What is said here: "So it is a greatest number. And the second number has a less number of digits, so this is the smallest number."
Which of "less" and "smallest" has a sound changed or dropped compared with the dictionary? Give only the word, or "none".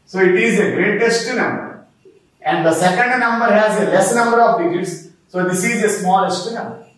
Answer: none